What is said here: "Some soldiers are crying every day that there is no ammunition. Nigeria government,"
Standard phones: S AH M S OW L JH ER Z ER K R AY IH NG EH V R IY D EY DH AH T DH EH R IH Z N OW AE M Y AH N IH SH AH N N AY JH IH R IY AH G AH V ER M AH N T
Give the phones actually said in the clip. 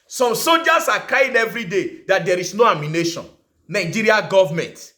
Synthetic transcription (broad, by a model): S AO M S OW L JH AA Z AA K AY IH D EH V R IY D EY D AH T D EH R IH S N OW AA M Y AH N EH SH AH N N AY JH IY R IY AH G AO V M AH N T